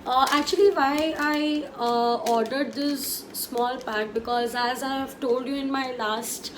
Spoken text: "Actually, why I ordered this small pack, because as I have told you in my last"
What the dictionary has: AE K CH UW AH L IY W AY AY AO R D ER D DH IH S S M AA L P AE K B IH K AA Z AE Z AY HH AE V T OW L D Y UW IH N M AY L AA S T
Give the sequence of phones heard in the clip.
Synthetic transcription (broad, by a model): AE K CH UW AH L IY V AY AY AO R D ER D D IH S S M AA L P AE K B IH K AA Z AE Z AY HH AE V T OW L D Y UW IH N M AY L AA S T